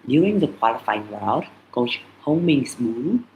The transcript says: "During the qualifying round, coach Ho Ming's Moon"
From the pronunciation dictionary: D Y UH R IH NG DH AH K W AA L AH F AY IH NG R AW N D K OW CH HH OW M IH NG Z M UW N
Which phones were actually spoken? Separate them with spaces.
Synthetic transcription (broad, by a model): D Y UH R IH NG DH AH K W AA L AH F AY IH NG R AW D K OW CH HH OW M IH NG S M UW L